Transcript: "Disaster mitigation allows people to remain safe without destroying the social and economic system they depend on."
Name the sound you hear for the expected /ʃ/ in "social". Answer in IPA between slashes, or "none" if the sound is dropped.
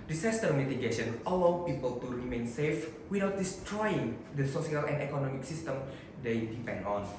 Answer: /s/